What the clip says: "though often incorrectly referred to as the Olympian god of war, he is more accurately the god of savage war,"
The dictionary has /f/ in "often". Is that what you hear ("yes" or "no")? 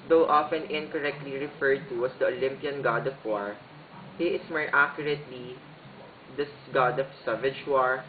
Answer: yes